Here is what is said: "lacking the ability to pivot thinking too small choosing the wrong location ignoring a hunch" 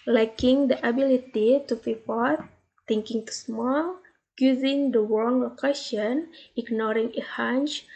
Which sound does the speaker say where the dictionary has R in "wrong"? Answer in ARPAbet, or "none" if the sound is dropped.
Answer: W